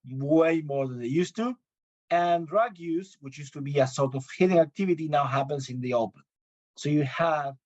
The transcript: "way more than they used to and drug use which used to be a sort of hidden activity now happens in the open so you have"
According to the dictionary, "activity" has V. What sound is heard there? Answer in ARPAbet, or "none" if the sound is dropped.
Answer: V